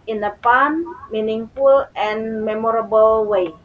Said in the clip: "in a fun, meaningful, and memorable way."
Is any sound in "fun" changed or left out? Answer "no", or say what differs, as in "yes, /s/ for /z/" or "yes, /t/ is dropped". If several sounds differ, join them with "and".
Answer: yes, /p/ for /f/